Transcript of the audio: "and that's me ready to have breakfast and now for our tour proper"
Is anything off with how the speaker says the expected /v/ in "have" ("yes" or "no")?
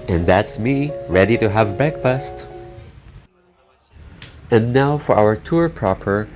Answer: no